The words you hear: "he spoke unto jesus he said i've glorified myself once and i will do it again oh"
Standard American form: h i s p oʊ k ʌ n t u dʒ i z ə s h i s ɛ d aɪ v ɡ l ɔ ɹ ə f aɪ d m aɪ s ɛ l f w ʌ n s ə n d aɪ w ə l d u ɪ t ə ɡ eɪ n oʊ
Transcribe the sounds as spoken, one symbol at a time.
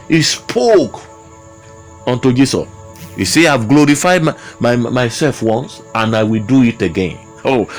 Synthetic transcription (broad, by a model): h i s p oʊ k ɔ n t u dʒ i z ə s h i s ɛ aɪ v ɡ l ɔ ɹ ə f aɪ d m aɪ s ɛ l f w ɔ n s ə n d aɪ w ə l d u ɪ t ə ɡ eɪ n oʊ